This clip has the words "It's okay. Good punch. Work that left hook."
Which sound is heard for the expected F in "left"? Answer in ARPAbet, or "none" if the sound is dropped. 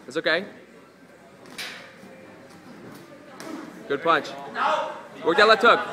none